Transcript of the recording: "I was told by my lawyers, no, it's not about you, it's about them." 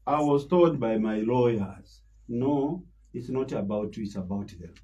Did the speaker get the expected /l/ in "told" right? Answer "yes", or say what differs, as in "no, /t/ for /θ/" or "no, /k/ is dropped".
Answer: no, /l/ is dropped